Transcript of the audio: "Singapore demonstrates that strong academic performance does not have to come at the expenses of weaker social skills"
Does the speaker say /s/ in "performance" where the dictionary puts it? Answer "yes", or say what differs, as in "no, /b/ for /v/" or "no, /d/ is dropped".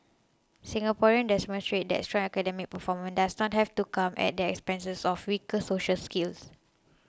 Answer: no, /s/ is dropped